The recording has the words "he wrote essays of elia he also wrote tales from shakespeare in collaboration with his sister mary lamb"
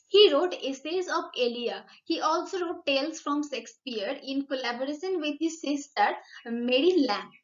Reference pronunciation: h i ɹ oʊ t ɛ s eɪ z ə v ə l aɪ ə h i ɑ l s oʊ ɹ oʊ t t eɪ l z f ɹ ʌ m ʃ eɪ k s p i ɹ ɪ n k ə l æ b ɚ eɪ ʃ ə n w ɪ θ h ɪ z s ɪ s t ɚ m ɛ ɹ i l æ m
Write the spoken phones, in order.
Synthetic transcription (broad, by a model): h i ɹ oʊ t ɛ s eɪ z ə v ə l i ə h i ɑ l s oʊ ɹ oʊ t t eɪ l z f ɹ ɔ m s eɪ k s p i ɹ ɪ n k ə l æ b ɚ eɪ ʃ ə n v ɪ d h ɪ z s ɪ s t ɚ m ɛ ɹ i l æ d